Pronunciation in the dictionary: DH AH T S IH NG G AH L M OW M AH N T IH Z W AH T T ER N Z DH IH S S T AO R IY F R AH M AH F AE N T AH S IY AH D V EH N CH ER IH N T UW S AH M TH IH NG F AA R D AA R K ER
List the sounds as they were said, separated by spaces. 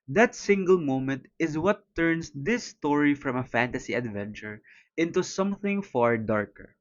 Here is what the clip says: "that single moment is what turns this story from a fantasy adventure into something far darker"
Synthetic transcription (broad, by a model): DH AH T S IH NG G AH L M OW M AH N T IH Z W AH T T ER N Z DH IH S S T AO R IY F R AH M AH F AE N T AH S IY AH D V EH N CH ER IH N T UW S AH M TH IH NG F AA R D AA R K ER